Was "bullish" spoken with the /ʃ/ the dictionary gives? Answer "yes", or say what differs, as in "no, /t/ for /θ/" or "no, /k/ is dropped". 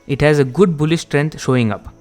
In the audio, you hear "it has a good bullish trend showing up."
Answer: no, /s/ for /ʃ/